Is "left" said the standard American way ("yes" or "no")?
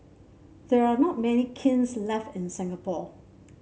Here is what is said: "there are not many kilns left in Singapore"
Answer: yes